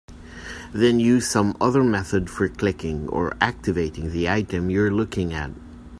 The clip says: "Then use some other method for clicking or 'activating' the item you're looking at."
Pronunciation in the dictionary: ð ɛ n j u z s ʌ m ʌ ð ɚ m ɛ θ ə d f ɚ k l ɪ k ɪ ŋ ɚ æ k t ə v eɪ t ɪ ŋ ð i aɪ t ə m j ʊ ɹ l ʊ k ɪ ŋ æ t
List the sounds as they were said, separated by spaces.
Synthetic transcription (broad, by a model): ð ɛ n j u z s ʌ m ʌ ð ɚ m ɛ θ ə d f ɚ k l ɪ k ɪ ŋ ɚ æ k t ə v eɪ t ɪ ŋ ð i aɪ t ə m j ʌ ɹ l ʊ k ɪ ŋ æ t